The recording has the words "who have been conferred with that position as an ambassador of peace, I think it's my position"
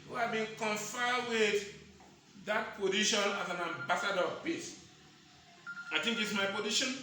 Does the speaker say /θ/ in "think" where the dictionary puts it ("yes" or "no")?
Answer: no